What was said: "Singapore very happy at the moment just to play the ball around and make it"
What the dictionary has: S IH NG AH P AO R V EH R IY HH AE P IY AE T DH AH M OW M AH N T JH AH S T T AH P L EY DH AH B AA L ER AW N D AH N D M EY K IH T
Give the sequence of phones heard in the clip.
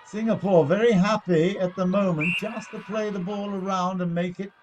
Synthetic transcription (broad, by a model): S IH NG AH P AO R V EH R IY HH AE P IY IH T DH AH M OW M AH N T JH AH S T T AH P L EY DH AH B AA L ER AW N D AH N M EY K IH T